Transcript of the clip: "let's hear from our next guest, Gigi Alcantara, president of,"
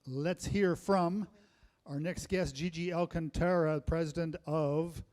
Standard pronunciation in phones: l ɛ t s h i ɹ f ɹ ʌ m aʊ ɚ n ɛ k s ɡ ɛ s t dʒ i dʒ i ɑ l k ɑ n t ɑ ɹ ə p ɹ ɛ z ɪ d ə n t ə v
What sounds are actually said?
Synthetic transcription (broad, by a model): l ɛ t s h i ɹ f ɹ ʌ m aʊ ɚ n ɛ k s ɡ ɛ s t dʒ i dʒ i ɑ l k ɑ n t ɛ ɹ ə p ɹ ɛ z ɪ d ə n t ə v